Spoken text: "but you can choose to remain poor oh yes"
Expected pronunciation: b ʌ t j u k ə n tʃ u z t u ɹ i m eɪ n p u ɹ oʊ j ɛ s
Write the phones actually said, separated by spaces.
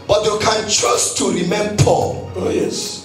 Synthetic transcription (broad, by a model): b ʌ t j u k ə n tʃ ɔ s t u ɹ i m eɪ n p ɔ l oʊ j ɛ s